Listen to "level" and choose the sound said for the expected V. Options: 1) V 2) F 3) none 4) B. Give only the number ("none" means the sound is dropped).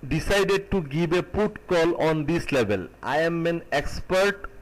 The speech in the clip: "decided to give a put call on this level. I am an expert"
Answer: 4